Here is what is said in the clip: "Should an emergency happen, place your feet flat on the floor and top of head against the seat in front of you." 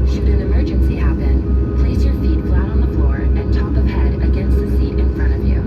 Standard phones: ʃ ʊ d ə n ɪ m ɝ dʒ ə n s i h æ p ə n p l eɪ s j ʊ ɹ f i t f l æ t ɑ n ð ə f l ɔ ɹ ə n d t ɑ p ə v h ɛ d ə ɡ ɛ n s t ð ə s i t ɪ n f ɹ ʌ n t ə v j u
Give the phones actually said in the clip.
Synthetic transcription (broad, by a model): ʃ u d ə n ɪ m ɝ dʒ ə n s i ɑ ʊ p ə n p l eɪ s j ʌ ɹ f i t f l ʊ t n ð ə f l ɔ ɹ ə n t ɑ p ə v h ɛ d ə ɡ ɛ n s t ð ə s i t ɪ n f ɹ ʌ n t ə v j u